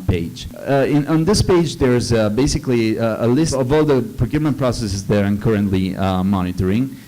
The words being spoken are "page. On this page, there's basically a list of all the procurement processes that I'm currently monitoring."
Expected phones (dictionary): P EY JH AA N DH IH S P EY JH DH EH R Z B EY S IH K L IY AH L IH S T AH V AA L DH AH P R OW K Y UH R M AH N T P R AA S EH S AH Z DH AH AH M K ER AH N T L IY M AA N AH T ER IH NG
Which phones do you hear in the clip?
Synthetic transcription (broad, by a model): P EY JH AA N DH IH S P EY JH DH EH R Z B EY S IH K L IY AH L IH S AH V AA L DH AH P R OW K Y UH R M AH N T P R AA S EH S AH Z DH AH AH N K ER AH N T L IY M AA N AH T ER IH NG